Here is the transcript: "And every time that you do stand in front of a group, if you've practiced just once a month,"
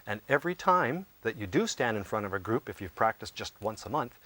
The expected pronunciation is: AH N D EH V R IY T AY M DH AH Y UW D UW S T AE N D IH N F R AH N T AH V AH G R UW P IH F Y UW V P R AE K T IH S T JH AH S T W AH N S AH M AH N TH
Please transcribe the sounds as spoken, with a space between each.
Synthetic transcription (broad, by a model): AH N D EH V R IY T AY M DH AH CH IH D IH S T AE N D IH N F R AH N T AH V AH G R UW P IH F Y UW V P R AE K T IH S JH AH S T W AH N S AH M AH N TH